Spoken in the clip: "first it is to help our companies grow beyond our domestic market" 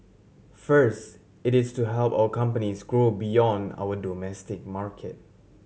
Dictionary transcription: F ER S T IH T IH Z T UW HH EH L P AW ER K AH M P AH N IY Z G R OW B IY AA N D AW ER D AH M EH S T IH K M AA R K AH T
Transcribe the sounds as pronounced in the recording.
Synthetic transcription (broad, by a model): F ER S T IH T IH S T UW HH EH L P AW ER K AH M P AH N IY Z G R OW B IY AA N D AW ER D AH M EH S T IH K M AA R K AH T